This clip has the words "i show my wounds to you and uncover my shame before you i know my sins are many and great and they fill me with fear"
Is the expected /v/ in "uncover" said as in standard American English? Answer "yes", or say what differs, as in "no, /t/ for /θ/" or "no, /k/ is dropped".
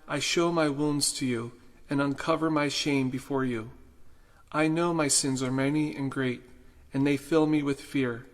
yes